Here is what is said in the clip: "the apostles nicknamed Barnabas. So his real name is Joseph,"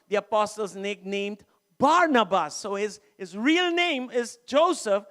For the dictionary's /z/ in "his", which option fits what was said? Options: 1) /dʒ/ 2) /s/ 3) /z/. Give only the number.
3